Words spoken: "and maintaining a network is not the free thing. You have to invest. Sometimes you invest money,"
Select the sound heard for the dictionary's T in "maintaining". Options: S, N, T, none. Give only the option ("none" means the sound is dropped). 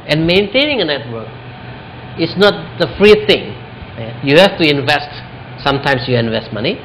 T